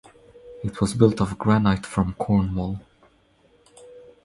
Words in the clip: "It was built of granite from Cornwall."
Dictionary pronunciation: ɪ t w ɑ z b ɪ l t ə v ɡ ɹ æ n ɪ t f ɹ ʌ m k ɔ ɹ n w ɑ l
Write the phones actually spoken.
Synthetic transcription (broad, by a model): ɪ t w ɑ z b ɪ l t ə v ɡ ɹ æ n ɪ t f ɹ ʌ m k ɔ ɹ n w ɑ l